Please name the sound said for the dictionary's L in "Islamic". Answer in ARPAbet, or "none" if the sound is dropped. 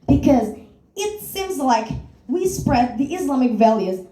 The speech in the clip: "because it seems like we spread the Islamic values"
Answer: L